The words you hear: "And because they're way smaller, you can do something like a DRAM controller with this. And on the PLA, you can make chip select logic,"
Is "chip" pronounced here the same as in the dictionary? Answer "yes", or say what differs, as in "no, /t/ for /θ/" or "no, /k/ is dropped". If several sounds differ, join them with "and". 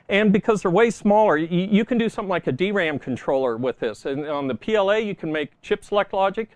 yes